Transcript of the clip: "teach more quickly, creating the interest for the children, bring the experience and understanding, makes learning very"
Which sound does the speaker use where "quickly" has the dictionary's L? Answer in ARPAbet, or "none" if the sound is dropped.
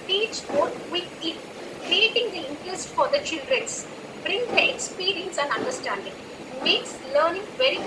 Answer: none